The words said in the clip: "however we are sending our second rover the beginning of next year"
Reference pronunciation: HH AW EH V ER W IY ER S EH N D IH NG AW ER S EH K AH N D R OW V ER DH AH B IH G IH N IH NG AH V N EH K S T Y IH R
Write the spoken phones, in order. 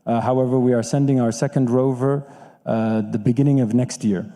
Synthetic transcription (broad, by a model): HH AW EH V ER W IY ER S EH N D IH NG AW ER S EH K AH N D R OW V ER DH AH B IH G IH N IH NG AH V N EH K S T Y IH R